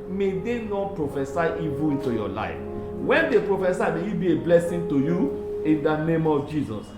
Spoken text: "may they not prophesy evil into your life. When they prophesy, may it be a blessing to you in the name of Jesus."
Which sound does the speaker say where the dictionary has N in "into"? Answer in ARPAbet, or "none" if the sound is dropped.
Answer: N